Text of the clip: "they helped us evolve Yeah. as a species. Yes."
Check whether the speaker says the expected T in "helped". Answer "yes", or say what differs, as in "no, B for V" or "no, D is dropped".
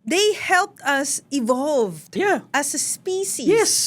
yes